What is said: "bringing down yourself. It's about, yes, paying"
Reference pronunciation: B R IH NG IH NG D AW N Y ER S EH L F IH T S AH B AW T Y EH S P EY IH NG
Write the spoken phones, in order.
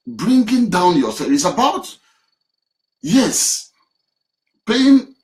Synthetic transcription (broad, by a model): B R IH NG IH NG D AW N Y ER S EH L IH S AH B AW T Y EH S P EY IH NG